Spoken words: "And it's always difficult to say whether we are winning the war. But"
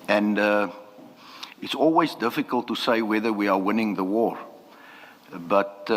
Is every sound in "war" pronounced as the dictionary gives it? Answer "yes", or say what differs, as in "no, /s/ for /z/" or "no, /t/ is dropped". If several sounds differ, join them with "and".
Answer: yes